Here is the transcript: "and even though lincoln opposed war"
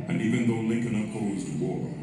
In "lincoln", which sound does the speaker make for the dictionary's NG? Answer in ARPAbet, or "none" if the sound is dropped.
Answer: NG